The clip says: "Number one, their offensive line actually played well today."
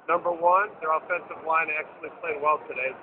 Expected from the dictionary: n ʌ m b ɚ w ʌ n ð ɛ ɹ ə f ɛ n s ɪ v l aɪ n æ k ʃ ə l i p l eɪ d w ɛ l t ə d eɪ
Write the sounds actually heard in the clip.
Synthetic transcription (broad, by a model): n ʌ m b ɚ w ʌ n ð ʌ ɹ ə f ɛ n s ɪ v l aɪ n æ k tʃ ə l i p l eɪ d w ɛ l t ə d eɪ